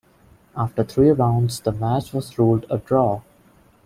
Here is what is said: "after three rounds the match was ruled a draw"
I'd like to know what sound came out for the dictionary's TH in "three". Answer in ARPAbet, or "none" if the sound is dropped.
T